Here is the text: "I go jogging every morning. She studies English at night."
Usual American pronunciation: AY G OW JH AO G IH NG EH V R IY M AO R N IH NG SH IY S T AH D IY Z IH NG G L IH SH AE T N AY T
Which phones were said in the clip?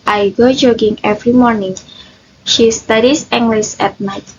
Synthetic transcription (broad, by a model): AY G OW JH AO G IH NG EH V R IY M AO R N IH NG SH IY S T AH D IY S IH NG G L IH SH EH T N AY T